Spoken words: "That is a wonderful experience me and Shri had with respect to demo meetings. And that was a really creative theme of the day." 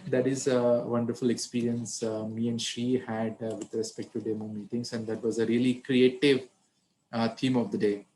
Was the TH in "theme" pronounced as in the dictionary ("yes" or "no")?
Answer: no